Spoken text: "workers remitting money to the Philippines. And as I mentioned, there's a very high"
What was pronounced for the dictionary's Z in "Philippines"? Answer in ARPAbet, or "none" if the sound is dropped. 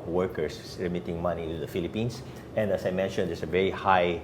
S